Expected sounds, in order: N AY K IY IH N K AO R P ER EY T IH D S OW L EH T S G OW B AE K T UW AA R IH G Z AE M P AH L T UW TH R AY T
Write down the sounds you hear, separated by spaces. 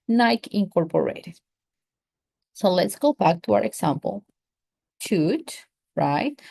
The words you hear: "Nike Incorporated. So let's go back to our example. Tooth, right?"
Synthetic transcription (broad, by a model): N AY K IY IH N K AO R P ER EY T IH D S OW L EH T S G OW B AE K T UW AA R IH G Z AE M P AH L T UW T R AY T